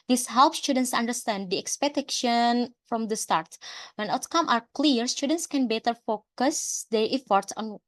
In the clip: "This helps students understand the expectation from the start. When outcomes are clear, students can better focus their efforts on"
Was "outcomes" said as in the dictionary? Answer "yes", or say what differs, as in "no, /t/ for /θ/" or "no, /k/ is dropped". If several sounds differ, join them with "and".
no, /z/ is dropped